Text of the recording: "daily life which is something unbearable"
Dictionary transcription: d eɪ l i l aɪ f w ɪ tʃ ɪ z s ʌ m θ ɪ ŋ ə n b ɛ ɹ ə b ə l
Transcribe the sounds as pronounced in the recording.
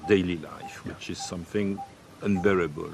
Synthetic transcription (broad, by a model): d eɪ l i l aɪ f w ɪ tʃ ɪ z s ʌ m θ ɪ ŋ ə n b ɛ ɹ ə b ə l